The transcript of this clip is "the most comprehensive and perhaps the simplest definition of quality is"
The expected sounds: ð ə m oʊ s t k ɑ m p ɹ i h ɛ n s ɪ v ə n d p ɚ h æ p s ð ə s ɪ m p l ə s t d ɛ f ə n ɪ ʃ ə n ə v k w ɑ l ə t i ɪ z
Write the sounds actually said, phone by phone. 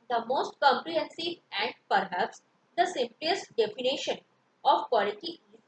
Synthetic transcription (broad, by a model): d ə m oʊ s t k ɑ m p ɹ i h ɛ n s ɪ v ə n d p ɚ h æ p s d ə s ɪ m p l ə s t d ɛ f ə n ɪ ʃ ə n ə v k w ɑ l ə t i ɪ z